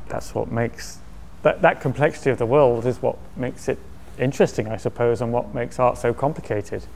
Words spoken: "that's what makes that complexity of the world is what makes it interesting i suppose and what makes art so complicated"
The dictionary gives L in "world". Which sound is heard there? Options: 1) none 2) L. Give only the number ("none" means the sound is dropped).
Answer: 2